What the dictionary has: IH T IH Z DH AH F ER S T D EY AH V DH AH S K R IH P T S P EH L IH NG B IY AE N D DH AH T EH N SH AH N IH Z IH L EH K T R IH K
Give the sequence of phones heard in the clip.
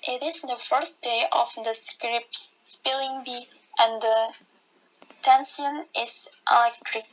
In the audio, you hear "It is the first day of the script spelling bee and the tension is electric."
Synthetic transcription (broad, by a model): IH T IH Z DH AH F ER S T D EY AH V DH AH S K R IH P T S P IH L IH NG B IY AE N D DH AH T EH N S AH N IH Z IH L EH K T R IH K